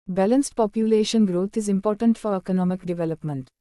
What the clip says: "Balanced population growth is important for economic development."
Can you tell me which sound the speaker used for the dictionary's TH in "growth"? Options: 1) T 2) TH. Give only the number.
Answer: 1